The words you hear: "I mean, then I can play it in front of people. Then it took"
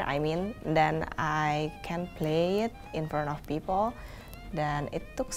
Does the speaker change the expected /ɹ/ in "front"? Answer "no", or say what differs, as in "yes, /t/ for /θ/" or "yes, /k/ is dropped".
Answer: yes, /ɹ/ is dropped